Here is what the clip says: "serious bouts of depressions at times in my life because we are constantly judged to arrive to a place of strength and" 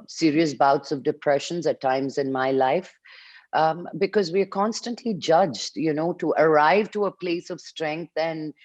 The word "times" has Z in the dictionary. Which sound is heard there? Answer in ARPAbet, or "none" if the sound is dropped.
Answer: Z